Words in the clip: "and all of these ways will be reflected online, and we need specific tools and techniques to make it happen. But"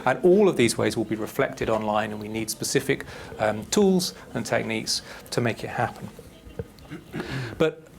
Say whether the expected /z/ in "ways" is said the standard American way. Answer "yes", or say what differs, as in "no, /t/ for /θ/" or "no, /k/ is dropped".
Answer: yes